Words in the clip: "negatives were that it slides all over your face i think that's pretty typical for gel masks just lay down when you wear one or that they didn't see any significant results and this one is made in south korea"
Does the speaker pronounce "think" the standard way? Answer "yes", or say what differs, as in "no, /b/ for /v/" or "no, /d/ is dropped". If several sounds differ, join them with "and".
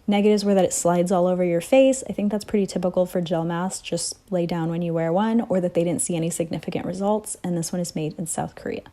yes